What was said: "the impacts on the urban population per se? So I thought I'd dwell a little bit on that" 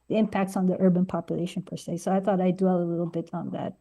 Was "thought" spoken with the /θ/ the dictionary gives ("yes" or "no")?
yes